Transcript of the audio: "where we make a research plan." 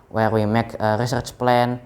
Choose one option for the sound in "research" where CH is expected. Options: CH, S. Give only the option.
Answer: CH